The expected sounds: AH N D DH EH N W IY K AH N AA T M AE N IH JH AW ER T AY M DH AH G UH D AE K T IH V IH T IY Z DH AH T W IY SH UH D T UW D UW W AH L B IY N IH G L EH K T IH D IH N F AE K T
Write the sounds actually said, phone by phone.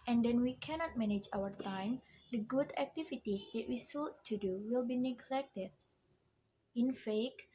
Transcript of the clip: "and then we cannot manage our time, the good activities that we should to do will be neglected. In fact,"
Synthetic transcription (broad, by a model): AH N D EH N W IY K AH N AA T M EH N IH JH AW ER T AY M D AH G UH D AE K T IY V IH T IY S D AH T W IY S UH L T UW D UW W AH L B IY N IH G L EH K T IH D IH N F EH K